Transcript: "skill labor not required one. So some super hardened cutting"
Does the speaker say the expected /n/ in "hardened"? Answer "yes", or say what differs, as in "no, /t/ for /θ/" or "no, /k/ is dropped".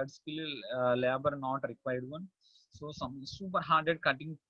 no, /n/ is dropped